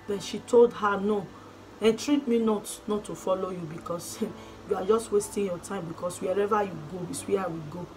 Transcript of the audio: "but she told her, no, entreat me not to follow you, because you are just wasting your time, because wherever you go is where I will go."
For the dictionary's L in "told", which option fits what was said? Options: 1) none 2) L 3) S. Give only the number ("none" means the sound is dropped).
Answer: 2